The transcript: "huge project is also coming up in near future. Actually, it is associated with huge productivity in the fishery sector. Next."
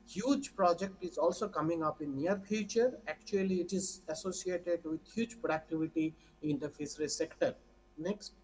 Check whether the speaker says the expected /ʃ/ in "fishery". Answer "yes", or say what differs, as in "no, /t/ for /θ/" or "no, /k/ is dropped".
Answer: no, /s/ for /ʃ/